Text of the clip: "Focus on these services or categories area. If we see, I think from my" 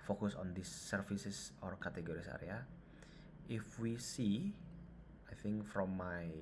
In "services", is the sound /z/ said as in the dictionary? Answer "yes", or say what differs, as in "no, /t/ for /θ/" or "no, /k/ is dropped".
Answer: no, /s/ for /z/